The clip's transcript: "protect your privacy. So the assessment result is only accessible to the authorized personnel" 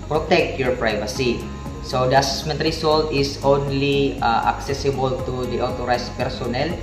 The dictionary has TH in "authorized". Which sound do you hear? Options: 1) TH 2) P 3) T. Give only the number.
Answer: 3